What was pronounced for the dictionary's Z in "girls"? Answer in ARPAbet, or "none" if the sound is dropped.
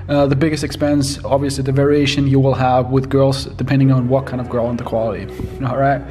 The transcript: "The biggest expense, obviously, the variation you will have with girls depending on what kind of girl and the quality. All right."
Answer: Z